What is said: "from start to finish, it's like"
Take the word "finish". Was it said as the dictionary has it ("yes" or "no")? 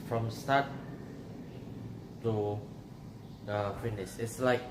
no